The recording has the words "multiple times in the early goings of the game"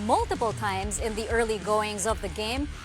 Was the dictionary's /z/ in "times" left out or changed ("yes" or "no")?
no